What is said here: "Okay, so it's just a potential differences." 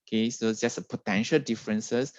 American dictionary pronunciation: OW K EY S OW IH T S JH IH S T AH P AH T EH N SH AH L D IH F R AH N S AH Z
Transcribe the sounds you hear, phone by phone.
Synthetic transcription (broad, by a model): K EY S OW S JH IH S AH P AH T EH N SH AH L D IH F R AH N S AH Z